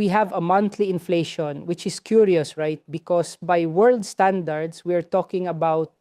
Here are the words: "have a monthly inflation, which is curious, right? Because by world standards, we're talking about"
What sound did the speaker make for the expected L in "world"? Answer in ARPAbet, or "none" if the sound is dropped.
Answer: L